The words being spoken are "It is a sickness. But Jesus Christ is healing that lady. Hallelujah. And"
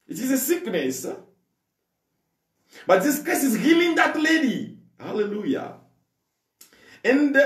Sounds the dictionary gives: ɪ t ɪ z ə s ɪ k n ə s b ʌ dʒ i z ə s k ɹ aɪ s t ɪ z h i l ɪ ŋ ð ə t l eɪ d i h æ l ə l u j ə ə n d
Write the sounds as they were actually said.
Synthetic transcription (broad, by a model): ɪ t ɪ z ə s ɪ k n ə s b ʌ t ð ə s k aɪ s ɪ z h i l ɪ ŋ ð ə t l eɪ d i h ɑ l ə l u j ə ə n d